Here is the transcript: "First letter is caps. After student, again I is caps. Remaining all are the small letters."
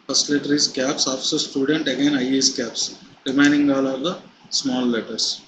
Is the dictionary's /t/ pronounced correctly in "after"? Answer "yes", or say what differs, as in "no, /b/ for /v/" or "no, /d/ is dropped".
no, /s/ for /t/